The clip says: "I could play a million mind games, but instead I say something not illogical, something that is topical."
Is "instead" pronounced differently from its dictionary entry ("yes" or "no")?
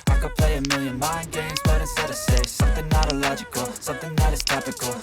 yes